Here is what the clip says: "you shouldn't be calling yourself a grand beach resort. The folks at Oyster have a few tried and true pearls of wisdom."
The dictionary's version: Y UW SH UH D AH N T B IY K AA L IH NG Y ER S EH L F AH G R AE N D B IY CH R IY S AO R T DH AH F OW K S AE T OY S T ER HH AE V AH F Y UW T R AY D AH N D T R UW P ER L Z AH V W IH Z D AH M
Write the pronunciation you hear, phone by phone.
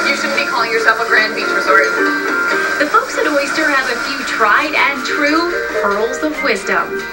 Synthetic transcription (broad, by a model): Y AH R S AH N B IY K AA L IH NG Y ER S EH F AH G R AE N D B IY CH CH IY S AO R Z DH AH F OW K S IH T OY S T ER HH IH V AH F Y UW T R AY D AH N T R UW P ER L Z AH V W IH Z D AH M